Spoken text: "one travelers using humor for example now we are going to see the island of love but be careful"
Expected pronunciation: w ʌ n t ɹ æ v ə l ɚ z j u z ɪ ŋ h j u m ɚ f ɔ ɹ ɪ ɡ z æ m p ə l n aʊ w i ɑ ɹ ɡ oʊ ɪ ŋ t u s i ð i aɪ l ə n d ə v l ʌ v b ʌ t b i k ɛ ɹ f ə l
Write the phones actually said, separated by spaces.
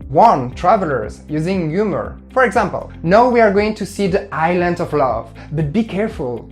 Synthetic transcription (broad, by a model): w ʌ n t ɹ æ v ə l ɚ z j u z ɪ ŋ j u m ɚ f ɔ ɹ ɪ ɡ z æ m p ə l n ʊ w i ɑ ɹ ɡ oʊ ɪ ŋ t u s i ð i aɪ l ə n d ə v l ʌ v b ʌ t b i k ɛ ɹ f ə l